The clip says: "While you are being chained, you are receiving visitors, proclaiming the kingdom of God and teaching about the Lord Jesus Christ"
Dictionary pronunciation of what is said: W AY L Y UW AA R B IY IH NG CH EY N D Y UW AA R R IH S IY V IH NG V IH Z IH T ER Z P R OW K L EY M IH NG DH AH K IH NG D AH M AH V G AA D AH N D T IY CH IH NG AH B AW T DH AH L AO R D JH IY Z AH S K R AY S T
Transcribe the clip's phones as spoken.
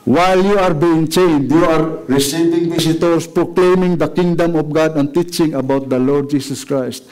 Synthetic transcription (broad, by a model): W AY L Y UW AA R B IY IH NG CH EY N D Y UW AA R R IH S IY V IH NG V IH S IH T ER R P R OW K L EY M IH NG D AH K IH NG D AH M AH F G AA D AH N T IY CH IH NG AH B AW T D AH L AO R D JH IY S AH S K R AY S T